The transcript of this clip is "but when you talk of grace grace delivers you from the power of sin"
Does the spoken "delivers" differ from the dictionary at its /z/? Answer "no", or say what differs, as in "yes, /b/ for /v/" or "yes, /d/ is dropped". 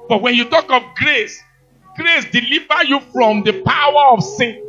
yes, /z/ is dropped